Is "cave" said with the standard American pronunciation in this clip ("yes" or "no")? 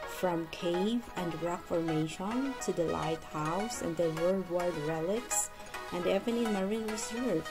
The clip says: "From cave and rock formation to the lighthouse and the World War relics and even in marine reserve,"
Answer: yes